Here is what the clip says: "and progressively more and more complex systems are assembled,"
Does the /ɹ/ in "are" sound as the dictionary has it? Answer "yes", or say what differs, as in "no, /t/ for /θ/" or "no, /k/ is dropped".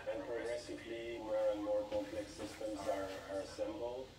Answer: yes